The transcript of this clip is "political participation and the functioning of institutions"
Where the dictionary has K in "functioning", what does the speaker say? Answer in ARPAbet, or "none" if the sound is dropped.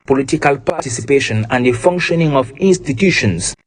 K